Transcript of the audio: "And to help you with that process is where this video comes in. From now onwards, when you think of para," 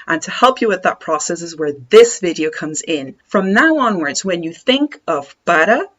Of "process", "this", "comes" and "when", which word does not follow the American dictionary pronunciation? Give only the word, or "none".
none